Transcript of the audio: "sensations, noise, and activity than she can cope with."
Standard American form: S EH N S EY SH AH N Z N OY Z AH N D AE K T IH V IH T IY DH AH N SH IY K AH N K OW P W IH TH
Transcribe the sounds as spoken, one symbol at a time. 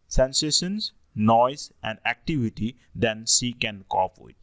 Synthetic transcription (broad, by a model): S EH N S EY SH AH N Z N OY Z AH N D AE K T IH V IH T IY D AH N S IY K AH N K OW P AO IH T